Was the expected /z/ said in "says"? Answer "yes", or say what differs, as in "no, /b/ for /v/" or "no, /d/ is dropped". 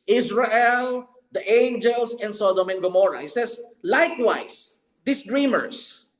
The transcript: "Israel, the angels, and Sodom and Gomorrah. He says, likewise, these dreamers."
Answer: no, /s/ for /z/